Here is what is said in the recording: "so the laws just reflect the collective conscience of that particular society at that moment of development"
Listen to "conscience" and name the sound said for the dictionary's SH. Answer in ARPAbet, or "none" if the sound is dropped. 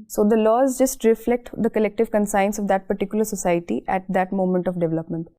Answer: S